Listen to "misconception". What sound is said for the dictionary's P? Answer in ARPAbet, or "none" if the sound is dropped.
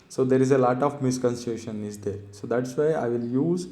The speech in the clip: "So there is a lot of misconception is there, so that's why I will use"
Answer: none